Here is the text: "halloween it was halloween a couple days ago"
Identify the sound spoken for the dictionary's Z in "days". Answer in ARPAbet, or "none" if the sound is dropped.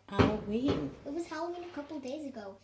Z